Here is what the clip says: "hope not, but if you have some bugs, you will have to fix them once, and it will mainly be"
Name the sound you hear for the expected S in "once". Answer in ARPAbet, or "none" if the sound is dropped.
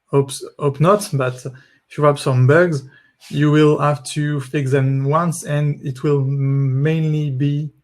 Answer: S